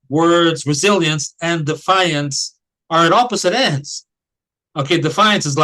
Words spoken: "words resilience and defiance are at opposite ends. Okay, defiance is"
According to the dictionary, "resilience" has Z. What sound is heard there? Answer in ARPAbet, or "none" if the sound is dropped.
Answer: Z